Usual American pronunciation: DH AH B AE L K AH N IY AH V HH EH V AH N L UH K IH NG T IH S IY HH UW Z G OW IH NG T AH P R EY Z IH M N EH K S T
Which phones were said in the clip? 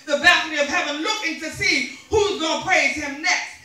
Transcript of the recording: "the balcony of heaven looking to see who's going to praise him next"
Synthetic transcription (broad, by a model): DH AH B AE K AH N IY AH V HH EH V AH N L UH K IH NG T IH S IY HH UW Z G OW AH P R EY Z IH M N EH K S T